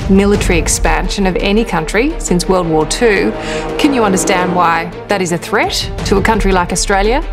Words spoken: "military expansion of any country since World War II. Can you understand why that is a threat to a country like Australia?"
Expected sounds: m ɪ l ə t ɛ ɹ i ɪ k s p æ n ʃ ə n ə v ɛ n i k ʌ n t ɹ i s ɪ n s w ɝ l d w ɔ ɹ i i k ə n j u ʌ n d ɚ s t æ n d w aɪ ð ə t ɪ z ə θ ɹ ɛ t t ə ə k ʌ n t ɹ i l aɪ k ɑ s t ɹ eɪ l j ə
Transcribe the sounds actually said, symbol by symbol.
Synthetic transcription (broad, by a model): m ɪ l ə t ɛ ɹ i ɪ k s p æ n ʃ ə n ə v ɛ n i k ʌ n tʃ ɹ i s ɪ n s w ɝ l d w ɔ ɹ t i k ə n j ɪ ʌ n d ɚ s t æ n d w aɪ ð ə t ɪ z ə θ ɹ ɛ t t ə ə k ʌ n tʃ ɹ i l aɪ k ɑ s t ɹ eɪ l j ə